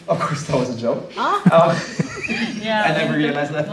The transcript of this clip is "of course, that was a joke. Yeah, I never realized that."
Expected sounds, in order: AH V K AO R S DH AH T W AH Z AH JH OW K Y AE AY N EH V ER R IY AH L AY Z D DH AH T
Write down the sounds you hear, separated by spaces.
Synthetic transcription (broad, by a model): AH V K AO R S DH AH T W AH Z AH JH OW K Y AE AY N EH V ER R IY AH L AY Z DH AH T